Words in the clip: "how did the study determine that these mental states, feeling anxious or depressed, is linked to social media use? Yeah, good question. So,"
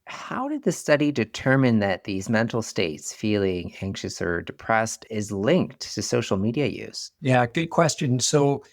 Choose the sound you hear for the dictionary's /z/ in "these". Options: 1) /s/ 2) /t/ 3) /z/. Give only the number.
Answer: 3